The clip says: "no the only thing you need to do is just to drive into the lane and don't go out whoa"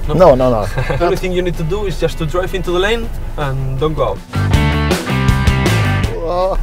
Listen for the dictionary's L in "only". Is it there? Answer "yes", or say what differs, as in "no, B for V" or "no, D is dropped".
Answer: no, L is dropped